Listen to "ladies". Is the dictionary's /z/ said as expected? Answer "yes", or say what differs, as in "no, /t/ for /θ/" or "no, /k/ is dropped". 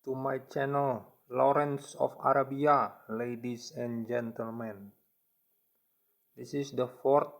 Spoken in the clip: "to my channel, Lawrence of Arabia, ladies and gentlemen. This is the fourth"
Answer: no, /s/ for /z/